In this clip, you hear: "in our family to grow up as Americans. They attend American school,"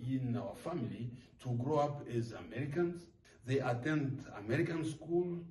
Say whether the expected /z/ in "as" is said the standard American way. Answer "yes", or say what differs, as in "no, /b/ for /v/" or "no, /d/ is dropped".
yes